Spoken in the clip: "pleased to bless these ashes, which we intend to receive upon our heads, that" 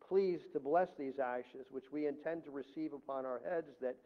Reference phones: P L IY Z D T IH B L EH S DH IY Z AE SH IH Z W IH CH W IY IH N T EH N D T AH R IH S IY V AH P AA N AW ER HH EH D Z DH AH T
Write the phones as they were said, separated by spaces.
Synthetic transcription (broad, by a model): P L IY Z T IH B L EH S DH IY Z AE SH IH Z W IH CH W IY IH N T EH N T AH R IH S IY V AH P AA N AW ER HH EH D Z DH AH T